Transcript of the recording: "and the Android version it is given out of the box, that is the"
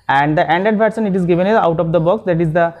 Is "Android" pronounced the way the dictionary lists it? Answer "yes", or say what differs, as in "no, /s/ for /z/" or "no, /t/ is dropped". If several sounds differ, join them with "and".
no, /ɹ/ is dropped